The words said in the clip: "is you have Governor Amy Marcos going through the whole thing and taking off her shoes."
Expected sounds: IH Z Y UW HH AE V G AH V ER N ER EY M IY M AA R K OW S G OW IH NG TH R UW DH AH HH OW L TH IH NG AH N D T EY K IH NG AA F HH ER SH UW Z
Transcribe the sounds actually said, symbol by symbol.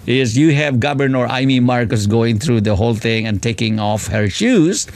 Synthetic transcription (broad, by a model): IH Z Y UW HH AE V G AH B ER N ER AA M IY M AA R K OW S G OW IH NG T R UW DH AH HH OW L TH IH NG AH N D T EY K IH NG AA F HH ER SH UW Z